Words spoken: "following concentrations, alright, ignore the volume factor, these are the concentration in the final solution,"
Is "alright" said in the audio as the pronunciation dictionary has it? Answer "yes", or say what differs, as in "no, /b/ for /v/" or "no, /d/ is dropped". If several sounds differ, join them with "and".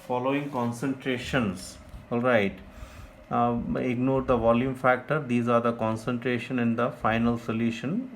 yes